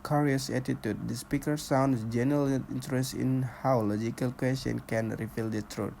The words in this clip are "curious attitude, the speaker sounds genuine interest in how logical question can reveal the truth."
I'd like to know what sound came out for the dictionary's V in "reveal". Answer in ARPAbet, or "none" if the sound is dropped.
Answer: F